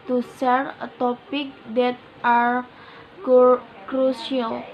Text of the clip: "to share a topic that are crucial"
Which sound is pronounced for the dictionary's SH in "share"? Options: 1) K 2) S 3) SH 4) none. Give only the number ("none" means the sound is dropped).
2